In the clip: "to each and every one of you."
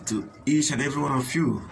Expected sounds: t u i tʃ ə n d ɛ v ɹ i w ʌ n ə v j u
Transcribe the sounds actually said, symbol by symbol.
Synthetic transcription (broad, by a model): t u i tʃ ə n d ɛ v ɹ i w ʌ n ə f j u